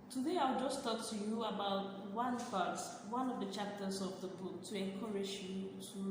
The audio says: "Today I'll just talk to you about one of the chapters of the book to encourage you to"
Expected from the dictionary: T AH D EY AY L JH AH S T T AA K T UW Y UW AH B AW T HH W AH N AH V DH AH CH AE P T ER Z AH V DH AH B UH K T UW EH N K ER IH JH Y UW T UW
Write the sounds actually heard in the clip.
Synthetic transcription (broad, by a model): T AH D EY AY W JH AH S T T AA K T UW Y UW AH B AW T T W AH N AH V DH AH CH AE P T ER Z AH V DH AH B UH K T UW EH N K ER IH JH Y UW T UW